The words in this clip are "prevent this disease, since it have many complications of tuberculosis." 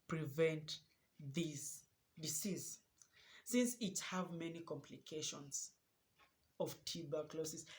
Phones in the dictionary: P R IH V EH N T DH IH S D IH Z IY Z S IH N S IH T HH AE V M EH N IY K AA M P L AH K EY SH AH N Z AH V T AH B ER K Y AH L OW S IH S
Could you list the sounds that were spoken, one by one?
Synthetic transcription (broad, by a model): P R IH V EH N T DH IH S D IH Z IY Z S IH N S IH T HH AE V M EH N IY K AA M P L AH K EY SH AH N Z AH V T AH B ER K L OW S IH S